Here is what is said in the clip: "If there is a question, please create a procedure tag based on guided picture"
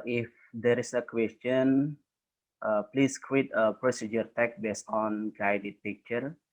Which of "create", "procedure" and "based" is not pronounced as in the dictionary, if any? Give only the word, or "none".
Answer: create